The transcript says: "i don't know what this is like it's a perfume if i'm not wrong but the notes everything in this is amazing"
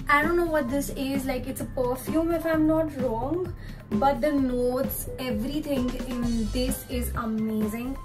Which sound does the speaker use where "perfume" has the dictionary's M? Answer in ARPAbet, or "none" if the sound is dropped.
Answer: M